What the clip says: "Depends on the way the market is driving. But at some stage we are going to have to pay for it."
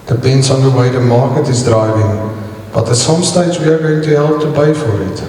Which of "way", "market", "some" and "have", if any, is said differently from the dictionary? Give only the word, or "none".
have